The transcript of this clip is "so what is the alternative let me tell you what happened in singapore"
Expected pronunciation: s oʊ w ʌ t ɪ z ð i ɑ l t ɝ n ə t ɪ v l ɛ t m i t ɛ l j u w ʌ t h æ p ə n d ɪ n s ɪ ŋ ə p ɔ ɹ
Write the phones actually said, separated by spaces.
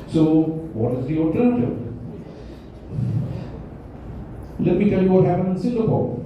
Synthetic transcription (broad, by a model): s oʊ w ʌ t ɪ z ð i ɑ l t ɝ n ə t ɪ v l ɛ t m i t ɛ l j u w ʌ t h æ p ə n ɪ n s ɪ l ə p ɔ